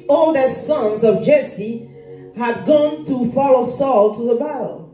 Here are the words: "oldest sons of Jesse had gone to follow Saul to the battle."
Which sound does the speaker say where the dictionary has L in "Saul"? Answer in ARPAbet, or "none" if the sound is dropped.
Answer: L